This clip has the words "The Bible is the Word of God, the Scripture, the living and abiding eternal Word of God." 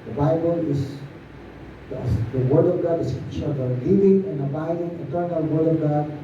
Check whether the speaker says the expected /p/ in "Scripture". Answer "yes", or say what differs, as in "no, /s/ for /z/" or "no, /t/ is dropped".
no, /p/ is dropped